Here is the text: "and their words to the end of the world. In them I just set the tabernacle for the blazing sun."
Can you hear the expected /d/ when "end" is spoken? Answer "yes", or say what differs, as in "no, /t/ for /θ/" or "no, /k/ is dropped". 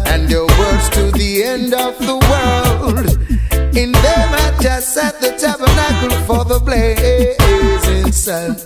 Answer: yes